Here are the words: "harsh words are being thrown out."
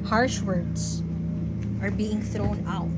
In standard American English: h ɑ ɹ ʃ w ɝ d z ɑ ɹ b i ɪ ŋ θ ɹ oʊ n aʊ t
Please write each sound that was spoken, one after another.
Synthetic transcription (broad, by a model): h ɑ ɹ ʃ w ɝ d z ɑ ɹ b i ɪ ŋ θ ɹ oʊ n aʊ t